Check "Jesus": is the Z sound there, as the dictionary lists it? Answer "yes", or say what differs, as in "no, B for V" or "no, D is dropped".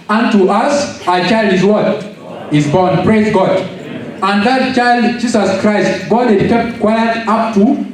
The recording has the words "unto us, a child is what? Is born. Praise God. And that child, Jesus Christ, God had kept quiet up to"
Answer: no, S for Z